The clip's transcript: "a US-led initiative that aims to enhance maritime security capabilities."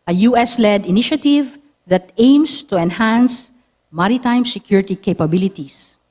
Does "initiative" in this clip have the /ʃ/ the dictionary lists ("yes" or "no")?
yes